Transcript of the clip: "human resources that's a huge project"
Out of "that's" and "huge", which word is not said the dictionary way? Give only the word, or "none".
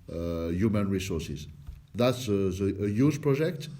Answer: huge